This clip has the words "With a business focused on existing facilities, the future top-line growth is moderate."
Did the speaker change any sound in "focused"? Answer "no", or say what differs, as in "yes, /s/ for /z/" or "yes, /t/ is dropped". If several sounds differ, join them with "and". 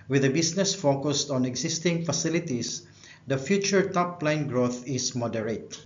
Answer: no